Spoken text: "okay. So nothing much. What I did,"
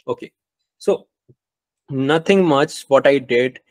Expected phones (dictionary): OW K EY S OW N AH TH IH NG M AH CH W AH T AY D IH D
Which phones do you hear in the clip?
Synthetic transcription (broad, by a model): OW K EY S OW N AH T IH NG M AH CH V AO T AY D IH D